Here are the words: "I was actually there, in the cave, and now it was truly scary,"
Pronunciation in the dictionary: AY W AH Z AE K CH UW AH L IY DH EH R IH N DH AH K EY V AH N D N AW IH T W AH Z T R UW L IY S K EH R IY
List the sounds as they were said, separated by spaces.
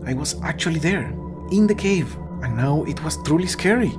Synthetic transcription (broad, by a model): AY W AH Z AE K CH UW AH L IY DH EH R IH N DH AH K EY V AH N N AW IH T W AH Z T R UW L IY S K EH R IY